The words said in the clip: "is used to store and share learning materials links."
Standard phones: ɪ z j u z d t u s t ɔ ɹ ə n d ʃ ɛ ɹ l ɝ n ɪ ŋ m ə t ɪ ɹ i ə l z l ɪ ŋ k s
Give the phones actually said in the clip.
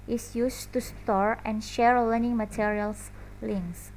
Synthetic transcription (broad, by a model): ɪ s j u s t u s t ɔ ɹ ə n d ʃ ɛ ɹ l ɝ n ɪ ŋ m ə t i ɹ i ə l s l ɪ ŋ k s